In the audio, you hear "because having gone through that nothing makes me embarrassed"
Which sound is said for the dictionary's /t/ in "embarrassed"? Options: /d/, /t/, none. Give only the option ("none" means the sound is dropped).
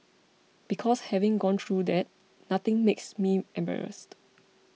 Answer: /t/